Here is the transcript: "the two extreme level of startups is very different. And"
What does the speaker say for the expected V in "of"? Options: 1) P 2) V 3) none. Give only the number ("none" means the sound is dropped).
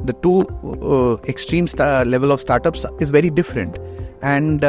2